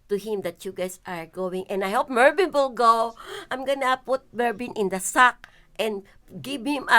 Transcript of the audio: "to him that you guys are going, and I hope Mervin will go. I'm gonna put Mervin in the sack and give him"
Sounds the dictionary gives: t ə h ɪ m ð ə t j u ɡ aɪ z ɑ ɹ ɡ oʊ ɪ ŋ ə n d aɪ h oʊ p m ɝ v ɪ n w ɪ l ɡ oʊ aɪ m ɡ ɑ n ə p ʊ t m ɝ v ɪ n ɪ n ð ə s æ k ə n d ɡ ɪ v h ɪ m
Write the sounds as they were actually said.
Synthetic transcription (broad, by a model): t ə h ɪ m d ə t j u ɡ aɪ s ɑ ɹ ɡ oʊ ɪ ŋ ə n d aɪ h oʊ p m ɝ b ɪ n w ɪ l ɡ oʊ aɪ m ɡ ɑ n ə p ʊ t m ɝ b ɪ n ɪ n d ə s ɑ k ə n d ɡ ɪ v h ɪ m